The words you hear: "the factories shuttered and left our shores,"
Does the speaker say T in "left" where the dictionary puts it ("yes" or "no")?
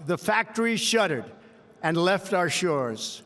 yes